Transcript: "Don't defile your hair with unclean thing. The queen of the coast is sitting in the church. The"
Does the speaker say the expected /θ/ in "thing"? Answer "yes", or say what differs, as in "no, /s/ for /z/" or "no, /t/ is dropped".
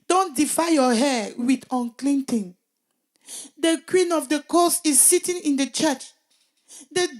no, /t/ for /θ/